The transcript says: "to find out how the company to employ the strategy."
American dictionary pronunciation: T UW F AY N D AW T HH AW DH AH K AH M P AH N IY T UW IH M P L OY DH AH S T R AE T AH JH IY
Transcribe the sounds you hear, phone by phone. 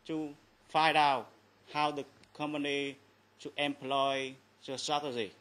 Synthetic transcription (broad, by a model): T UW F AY D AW HH AW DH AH K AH M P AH N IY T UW IH M P L OY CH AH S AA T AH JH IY